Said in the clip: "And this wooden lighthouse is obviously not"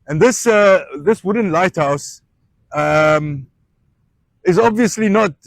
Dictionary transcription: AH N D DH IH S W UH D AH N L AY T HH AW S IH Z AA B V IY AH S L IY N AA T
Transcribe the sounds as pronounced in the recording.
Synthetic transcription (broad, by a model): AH N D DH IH S W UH D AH N L AY T HH AW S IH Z AA B V IY AH S L IY N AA T